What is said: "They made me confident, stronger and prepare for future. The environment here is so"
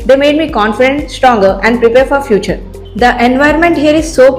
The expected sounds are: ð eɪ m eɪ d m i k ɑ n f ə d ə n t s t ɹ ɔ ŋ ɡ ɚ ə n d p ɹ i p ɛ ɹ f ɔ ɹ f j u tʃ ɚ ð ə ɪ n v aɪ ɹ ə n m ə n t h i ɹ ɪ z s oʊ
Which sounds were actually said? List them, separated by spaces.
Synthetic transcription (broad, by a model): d eɪ m eɪ d m i k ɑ n f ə d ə n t s t ɹ ɔ ŋ ɡ ɚ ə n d p ɹ i p ɛ ɹ f ɔ ɹ f j u tʃ ɚ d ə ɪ n v aɪ ə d m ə n t h i ɹ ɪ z s oʊ